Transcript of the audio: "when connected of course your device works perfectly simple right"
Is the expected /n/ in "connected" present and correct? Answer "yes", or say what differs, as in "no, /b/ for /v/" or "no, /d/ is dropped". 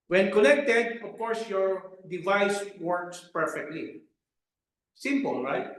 no, /l/ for /n/